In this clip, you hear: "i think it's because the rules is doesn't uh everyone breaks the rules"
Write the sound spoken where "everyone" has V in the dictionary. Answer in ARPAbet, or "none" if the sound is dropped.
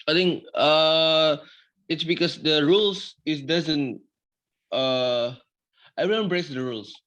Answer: none